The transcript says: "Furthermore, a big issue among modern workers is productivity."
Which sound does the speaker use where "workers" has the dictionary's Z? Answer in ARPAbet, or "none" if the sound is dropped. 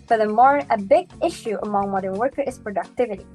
none